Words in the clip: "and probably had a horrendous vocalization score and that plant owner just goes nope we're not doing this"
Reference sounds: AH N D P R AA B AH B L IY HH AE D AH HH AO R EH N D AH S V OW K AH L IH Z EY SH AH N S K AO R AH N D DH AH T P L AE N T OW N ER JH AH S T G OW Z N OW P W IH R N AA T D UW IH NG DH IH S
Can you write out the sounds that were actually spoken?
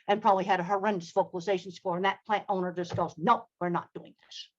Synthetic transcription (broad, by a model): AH N P R AA B AH B L IY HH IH D AH HH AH R EH N D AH S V OW K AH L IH Z EY SH N S K AO R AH N DH AH T P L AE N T OW N ER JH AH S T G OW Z N OW W IH R N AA T D UW IH NG DH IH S